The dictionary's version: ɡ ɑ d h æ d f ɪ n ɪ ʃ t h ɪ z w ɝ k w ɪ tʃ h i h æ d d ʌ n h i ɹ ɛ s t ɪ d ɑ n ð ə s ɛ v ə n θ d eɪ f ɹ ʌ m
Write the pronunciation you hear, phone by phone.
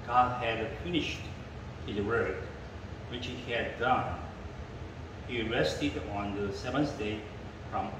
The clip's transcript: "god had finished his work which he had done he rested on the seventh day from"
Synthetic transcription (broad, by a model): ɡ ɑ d h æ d f ɪ n ɪ ʃ t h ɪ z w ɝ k w ɪ tʃ h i h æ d d ʌ n h i ɹ ɛ s t ɪ d ɑ n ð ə s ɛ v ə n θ d eɪ f ɹ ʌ m